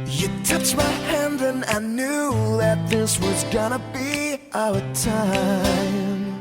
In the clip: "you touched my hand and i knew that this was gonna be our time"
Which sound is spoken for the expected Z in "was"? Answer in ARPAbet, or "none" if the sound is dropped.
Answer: Z